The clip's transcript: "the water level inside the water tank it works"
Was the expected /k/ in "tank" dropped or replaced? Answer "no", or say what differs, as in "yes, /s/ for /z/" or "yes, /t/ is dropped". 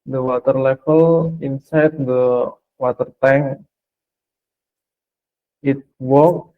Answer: yes, /k/ is dropped